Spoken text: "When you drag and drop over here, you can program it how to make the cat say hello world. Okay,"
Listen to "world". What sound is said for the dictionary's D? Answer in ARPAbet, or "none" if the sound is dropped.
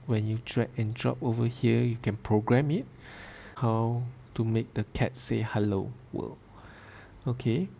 none